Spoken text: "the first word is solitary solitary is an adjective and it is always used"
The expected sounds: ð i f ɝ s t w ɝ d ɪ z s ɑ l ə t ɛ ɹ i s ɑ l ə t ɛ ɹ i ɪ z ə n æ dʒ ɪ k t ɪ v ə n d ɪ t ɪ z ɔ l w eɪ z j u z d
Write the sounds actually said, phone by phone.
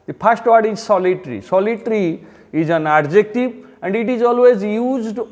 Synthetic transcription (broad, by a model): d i p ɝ s t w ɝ d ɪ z s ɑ l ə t ɹ i s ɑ l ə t ɹ i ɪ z ə n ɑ dʒ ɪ k t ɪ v ə n d ɪ t ɪ z ɔ l w eɪ z j u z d